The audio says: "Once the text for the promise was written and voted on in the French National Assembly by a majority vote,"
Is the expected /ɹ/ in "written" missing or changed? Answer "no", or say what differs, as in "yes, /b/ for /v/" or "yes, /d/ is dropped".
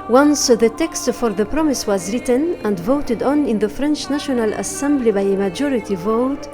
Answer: no